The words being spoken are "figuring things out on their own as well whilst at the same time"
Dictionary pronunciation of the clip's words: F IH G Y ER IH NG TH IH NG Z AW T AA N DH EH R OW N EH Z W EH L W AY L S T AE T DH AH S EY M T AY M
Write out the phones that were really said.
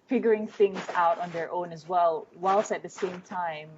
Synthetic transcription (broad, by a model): F IH G Y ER IH NG TH IH NG Z AW T N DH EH R OW N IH Z W EH L W AY L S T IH T DH AH S EY M T AY M